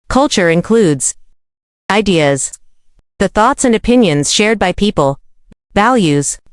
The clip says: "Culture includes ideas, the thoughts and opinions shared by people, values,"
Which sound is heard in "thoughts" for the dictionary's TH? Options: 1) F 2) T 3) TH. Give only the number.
3